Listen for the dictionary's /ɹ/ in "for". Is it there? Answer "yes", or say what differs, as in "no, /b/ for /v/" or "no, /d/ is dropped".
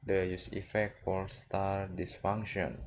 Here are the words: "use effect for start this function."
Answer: no, /l/ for /ɹ/